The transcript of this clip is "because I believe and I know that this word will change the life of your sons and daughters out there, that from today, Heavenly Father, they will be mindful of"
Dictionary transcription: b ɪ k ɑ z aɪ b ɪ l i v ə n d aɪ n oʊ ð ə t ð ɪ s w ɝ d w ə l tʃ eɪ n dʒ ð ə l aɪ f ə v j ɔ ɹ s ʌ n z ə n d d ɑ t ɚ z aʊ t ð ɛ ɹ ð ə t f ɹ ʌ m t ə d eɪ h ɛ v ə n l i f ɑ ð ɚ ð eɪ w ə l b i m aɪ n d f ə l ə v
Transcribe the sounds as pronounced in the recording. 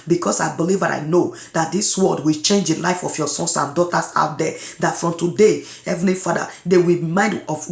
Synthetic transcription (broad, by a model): b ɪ k ɑ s aɪ b ɪ l i v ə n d aɪ n oʊ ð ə t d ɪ s w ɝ d w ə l tʃ eɪ n dʒ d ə l aɪ f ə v j ɔ s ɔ n s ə n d d ɑ t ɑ s aʊ t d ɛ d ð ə t f ɹ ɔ m t ə d eɪ h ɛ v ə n i f ɑ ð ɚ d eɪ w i m aɪ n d ə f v